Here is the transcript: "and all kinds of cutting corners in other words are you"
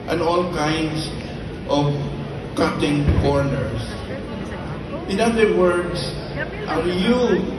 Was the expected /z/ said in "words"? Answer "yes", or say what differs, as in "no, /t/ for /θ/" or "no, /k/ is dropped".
no, /s/ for /z/